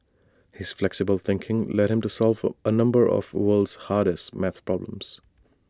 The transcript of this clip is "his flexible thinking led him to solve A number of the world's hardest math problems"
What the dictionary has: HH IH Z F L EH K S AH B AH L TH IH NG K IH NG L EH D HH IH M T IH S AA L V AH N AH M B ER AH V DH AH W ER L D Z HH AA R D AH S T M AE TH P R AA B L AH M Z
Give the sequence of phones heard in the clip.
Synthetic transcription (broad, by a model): HH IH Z F L EH K S AH B AH L TH IH NG K IH NG L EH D HH IH M T IH S AA L V AH N AH M B ER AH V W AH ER L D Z HH AA R D AH S T M AE TH P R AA B L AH M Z